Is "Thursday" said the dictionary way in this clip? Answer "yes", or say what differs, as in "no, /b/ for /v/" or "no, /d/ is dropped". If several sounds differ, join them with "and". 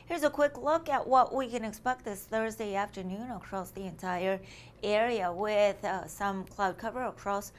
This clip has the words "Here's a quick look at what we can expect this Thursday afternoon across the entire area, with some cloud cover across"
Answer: yes